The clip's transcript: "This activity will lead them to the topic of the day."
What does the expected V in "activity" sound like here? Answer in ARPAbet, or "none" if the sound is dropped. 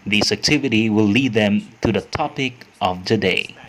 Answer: V